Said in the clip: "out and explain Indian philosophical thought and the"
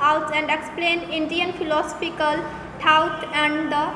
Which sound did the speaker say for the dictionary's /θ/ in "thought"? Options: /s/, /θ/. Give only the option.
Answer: /s/